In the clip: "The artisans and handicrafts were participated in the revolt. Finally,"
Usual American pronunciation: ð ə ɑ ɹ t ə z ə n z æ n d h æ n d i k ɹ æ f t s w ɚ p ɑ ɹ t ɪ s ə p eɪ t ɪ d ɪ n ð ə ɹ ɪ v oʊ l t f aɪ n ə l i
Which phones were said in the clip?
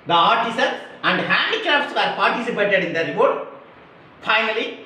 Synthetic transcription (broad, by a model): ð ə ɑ ɹ t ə s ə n s æ n d h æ n d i k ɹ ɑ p s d p ɑ ɹ t ɪ s ə p eɪ t ɪ d ɪ n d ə ɹ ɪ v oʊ t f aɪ n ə l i